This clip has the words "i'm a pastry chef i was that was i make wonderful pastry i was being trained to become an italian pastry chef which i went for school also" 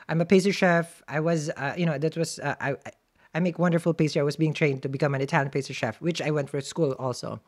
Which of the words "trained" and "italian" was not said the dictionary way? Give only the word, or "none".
none